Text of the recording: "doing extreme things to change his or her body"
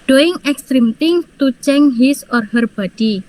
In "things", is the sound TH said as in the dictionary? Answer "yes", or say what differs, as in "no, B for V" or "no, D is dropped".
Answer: no, T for TH